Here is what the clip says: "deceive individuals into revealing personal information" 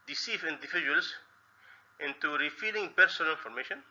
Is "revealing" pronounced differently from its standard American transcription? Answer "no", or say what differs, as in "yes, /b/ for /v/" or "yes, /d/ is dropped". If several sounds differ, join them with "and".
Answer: yes, /f/ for /v/